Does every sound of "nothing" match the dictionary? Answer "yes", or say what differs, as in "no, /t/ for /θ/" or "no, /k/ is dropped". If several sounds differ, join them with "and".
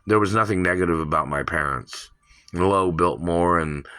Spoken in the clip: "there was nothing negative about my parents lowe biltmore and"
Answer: yes